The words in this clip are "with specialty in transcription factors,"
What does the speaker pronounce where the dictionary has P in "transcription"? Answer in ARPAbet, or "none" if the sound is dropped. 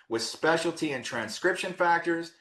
P